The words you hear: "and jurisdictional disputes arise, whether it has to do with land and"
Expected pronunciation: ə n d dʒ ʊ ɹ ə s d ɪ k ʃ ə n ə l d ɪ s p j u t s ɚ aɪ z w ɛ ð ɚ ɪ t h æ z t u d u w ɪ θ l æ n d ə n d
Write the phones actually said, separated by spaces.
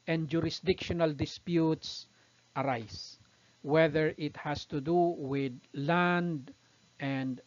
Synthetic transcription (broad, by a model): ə n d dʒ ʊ ɹ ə s d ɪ k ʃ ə n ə l d ɪ s p j u t s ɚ aɪ s w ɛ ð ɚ ɪ t h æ s t u d u w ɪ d l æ n d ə n d